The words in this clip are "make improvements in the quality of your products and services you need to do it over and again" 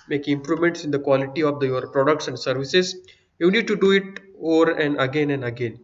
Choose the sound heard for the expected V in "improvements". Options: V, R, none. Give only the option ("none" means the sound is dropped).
none